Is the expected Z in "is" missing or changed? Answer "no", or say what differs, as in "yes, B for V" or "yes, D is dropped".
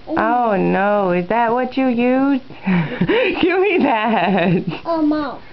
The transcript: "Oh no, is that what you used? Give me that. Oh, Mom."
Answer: no